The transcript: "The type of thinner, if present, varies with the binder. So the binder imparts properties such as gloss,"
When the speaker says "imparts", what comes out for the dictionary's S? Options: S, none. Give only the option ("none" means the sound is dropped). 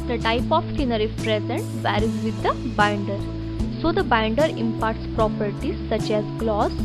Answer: S